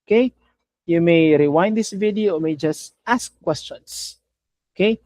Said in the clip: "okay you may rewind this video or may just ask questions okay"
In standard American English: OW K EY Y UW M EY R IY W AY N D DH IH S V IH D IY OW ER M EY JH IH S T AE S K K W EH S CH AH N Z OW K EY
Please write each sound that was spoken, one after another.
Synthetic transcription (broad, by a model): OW K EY Y UW M EY R IY W AY N D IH S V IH D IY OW M EY JH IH S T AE S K K W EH S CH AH N S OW K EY